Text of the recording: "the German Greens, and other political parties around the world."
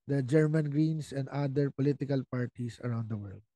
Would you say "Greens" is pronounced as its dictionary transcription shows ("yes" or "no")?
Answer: no